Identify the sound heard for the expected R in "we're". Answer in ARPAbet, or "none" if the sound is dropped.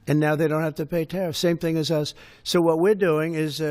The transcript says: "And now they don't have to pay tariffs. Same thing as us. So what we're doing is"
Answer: R